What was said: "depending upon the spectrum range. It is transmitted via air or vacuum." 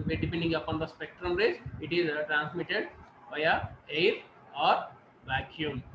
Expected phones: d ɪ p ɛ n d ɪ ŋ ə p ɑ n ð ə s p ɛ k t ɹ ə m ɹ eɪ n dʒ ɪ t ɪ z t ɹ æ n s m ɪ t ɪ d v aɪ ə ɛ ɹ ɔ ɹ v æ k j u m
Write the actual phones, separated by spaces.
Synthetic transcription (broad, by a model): d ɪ p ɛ n d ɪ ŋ ə p ɑ n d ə s p ɛ k t ɹ ə m ɹ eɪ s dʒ ɪ t ɪ z t ɹ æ n s m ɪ t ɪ d b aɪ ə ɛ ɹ ɔ ɹ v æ k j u m